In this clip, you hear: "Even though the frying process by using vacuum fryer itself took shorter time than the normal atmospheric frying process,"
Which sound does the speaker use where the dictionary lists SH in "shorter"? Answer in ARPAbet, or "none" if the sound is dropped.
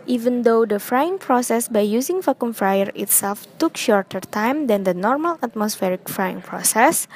SH